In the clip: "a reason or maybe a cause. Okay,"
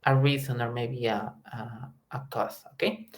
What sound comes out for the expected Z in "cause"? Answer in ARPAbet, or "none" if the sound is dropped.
S